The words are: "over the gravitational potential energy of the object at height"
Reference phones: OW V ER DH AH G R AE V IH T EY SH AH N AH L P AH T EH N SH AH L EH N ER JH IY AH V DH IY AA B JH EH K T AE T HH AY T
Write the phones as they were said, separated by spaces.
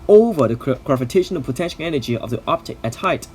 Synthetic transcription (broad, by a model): OW V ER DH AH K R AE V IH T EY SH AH N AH P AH T EH N SH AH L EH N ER JH IY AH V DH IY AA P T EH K AE T HH AY T